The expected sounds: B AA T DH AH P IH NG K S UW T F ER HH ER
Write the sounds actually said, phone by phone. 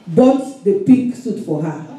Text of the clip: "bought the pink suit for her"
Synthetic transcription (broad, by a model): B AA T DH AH P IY K S UW T F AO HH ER